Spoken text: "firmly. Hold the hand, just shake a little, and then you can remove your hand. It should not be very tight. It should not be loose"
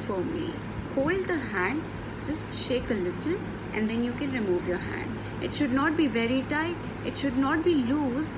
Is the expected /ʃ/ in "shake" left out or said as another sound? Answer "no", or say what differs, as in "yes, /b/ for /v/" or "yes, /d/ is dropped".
no